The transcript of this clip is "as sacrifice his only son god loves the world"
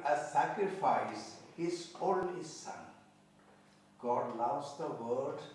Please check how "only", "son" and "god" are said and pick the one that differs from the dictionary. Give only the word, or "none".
only